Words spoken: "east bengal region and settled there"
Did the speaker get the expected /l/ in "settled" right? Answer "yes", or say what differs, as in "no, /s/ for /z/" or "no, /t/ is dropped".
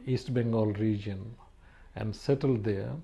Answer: yes